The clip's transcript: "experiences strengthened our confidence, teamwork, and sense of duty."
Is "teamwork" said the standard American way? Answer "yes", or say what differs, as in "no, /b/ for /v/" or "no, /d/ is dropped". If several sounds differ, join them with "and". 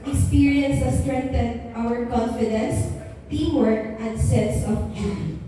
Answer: no, /m/ is dropped